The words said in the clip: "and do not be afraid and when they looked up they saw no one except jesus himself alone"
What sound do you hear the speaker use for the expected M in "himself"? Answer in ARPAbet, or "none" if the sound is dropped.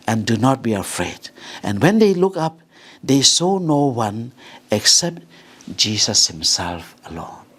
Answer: M